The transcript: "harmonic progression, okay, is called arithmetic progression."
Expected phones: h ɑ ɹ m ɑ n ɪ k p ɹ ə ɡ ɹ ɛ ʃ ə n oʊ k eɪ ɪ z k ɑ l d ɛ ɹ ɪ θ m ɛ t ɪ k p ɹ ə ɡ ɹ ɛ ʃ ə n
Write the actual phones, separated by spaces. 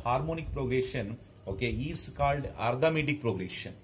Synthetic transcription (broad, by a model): h ɑ ɹ m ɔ n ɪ k p ɹ ə ɡ ɹ ɛ ʃ ə n oʊ k eɪ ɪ s k ɑ l d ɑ ɹ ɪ m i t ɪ k p ɹ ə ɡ ɹ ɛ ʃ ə n